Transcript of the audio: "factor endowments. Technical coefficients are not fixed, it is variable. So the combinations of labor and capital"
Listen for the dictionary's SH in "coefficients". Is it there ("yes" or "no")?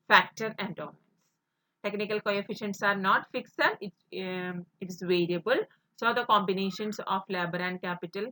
yes